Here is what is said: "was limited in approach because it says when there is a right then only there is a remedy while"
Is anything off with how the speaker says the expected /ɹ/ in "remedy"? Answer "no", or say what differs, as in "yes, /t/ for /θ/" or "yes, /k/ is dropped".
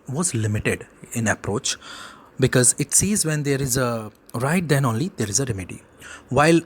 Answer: no